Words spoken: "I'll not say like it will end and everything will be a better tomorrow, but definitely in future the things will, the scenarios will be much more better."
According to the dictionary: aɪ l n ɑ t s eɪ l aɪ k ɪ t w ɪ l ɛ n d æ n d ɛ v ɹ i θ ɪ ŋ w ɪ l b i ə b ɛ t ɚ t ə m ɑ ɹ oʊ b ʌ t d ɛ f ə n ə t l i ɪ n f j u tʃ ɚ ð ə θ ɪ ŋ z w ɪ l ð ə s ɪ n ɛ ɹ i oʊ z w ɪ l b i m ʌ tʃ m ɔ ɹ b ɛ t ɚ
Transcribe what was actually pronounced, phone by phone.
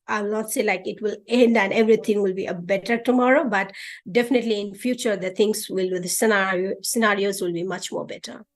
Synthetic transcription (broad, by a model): aɪ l n ɑ t s eɪ l aɪ k ɪ t w ɪ l ɛ n d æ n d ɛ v ɹ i t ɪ ŋ w ɪ l b i ə b ɛ t ɚ t ə m ɑ ɹ oʊ b ʌ t d ɛ f ə n ə t l i ɪ n f j u tʃ ɚ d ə t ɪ ŋ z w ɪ l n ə s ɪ n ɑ ɹ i oʊ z w ɪ l b i m ʌ tʃ m ɔ ɹ b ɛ t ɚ